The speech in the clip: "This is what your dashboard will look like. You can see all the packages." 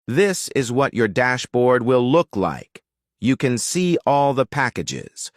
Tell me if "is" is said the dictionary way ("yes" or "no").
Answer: yes